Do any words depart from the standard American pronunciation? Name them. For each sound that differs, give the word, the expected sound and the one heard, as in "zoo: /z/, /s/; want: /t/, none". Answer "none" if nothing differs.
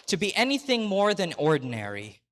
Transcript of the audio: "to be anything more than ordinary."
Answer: none